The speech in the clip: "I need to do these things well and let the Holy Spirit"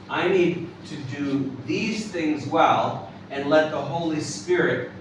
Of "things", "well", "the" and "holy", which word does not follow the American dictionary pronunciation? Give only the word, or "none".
none